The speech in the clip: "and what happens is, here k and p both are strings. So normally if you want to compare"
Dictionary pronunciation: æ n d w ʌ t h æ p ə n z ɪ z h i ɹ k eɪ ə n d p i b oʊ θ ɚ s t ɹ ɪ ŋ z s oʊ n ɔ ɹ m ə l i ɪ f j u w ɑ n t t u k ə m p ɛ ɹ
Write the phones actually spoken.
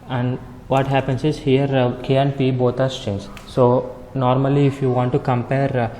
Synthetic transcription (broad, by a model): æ n d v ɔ t h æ p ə n s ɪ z h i ɹ k eɪ ə n d p i b oʊ t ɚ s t ɪ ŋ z s oʊ n ɔ ɹ m ə l i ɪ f j u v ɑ n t t u k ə m p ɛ ɹ